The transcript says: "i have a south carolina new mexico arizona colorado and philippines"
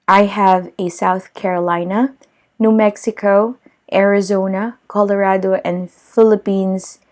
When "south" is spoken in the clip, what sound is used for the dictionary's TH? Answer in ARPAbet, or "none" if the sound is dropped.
TH